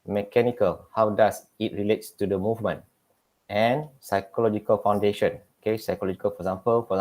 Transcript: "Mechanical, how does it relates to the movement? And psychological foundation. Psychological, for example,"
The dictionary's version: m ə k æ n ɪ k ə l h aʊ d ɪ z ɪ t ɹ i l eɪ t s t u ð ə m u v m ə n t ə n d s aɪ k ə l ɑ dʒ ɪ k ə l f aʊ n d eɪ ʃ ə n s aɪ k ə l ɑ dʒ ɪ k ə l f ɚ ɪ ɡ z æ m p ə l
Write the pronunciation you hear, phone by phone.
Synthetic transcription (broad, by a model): m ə k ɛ n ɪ k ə l h aʊ d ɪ s ɪ t ɹ i l eɪ t s t u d ə m u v m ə n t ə n s aɪ k ə l ɑ dʒ ɪ k ə l f aʊ n d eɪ ʃ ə n s aɪ k ə l ɑ dʒ ɪ k ə l f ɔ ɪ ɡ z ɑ m p ə l